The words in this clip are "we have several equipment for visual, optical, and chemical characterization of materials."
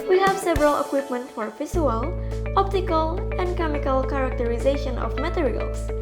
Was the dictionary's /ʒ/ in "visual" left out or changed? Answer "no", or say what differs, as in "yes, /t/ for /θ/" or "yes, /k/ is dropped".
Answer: yes, /s/ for /ʒ/